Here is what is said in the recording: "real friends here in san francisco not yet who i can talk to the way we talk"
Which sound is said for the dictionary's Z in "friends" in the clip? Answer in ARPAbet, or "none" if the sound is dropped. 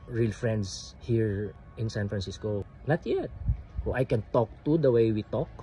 S